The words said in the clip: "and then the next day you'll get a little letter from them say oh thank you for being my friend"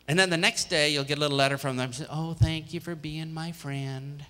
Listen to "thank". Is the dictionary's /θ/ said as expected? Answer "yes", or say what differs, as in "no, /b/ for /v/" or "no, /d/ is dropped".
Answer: yes